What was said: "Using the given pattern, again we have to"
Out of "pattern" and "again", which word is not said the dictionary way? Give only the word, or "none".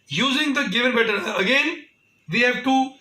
pattern